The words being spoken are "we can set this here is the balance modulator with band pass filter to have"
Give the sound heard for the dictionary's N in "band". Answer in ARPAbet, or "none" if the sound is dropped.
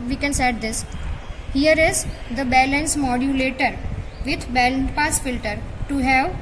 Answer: L